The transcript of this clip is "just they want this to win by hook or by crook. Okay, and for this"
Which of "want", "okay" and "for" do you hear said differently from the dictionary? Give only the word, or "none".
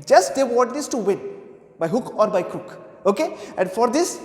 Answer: want